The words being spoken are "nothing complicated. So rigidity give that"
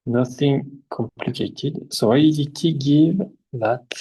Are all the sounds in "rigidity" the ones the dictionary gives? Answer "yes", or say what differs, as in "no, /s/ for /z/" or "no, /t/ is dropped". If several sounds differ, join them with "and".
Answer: no, /dʒ/ is dropped